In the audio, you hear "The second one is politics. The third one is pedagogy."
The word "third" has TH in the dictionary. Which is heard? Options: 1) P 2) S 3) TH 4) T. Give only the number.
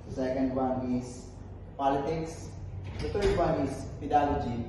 4